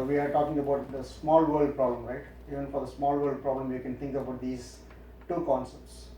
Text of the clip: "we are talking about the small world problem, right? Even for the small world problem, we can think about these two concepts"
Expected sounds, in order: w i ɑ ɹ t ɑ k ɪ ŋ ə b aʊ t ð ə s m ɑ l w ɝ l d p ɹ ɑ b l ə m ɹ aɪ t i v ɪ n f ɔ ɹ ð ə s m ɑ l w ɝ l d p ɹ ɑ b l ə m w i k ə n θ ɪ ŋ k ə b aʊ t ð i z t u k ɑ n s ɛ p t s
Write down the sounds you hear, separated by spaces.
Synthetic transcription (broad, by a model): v i ɑ ɹ t ɑ k ɪ ŋ ə b aʊ t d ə s m ɑ l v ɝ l d p ɹ ɑ b l ə m ɹ aɪ t i v ɪ n f ɔ ɹ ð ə s m ɑ l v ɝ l d p ɹ ɑ b l ə m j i k ə n t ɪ ŋ k ə b aʊ t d i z t u k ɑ n s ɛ p t s